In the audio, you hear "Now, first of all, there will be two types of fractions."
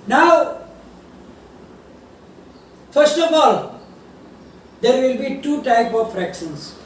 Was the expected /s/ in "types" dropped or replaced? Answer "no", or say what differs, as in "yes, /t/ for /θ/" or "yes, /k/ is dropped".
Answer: yes, /s/ is dropped